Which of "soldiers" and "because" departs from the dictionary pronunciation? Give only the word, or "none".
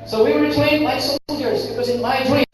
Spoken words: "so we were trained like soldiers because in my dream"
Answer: none